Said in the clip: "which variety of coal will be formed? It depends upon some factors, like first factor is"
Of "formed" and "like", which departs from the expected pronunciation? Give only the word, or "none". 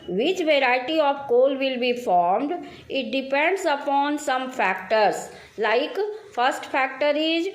none